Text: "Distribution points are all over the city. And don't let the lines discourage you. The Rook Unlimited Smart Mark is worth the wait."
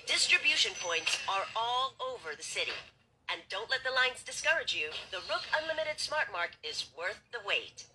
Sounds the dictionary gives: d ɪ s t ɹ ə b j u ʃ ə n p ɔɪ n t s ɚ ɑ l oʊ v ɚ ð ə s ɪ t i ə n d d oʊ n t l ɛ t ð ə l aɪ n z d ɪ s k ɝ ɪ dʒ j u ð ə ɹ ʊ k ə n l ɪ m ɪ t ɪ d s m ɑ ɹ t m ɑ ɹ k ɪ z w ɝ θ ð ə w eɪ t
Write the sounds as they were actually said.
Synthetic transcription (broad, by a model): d ɪ s t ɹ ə b j u ʃ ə n p ɔɪ n t s ɚ ɑ l oʊ v ɚ ð ə s ɪ t i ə n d d oʊ n t l ɛ t ð ə l aɪ n z d ɪ s k ɝ ɪ dʒ j u ð ə ɹ ʊ k ə n l ɪ m ɪ t ɪ d s m ɑ ɹ t m ɑ ɹ k ɪ z w ɝ θ ð ə w eɪ t